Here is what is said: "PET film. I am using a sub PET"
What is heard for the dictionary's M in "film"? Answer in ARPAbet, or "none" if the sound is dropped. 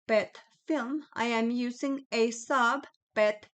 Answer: M